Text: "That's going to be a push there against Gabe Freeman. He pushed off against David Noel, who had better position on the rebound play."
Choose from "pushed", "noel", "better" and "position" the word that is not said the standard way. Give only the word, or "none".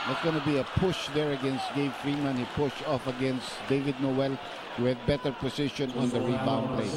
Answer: position